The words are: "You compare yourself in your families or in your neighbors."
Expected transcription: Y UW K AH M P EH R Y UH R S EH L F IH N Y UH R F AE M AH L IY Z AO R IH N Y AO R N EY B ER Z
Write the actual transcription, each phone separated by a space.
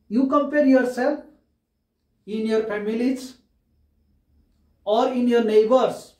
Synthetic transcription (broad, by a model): Y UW K AH M P EH R Y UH R S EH L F IH N Y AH R P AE M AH L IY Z AO R IH N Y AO R N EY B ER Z